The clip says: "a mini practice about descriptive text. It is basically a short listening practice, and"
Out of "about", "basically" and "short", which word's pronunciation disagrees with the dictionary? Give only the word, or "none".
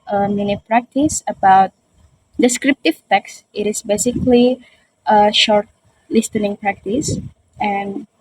none